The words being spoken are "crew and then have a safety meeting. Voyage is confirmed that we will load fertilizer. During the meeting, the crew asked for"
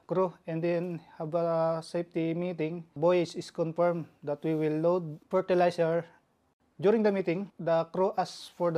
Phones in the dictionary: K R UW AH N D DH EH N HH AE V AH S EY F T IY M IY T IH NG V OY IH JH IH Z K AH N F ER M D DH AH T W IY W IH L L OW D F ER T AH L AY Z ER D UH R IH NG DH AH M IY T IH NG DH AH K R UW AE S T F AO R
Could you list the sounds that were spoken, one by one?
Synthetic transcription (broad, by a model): K R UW AH N D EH N HH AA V AH S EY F T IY M IY T IH NG B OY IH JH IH S K AH N F ER M D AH T W IY W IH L L OW D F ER T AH L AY S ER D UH R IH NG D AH M IY T IH NG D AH K R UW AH S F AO R